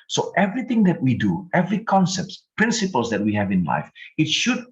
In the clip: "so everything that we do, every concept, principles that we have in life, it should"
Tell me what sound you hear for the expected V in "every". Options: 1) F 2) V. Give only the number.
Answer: 2